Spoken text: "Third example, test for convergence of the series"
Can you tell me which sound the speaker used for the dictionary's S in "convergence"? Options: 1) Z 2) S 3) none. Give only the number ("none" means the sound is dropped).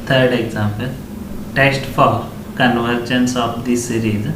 2